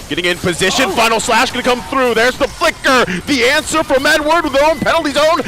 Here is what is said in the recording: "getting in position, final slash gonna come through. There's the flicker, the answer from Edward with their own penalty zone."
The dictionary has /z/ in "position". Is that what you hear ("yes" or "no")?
yes